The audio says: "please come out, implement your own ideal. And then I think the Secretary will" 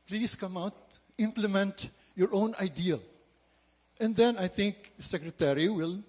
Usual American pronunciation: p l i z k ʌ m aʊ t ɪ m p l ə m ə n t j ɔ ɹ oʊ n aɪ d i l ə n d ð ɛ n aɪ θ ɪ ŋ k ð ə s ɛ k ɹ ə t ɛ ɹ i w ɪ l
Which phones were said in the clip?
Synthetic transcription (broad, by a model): p l i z k ʌ m aʊ t ɪ m p l ə m ə n t j ɔ ɹ oʊ n aɪ d i l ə n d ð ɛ n aɪ t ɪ ŋ k s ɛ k ɹ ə t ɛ ɹ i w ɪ l